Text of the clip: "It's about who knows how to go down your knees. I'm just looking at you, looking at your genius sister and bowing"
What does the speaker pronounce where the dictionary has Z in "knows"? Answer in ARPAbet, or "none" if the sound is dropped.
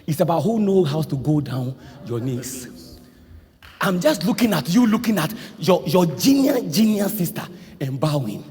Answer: none